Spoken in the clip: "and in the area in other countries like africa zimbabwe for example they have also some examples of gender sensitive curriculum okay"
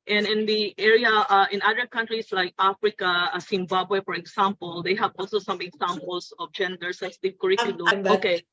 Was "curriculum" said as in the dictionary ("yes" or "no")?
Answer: no